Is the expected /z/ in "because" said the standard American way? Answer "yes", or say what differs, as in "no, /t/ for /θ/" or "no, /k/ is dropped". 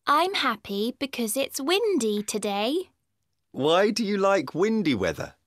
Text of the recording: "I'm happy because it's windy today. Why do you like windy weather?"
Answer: yes